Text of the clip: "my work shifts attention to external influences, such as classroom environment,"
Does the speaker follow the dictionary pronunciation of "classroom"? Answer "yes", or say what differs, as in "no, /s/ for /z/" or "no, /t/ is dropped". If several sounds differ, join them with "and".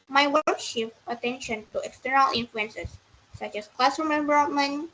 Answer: no, /ɹ/ is dropped